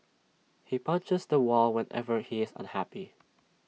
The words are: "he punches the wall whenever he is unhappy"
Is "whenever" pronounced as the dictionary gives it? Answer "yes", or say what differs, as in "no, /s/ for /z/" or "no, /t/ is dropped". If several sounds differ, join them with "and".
yes